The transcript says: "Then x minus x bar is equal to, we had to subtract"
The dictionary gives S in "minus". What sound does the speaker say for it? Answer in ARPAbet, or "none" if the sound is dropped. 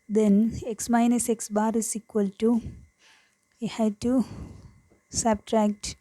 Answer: S